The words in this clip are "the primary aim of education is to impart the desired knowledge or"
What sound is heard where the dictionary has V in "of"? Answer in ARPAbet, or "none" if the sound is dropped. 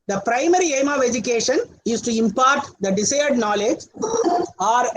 V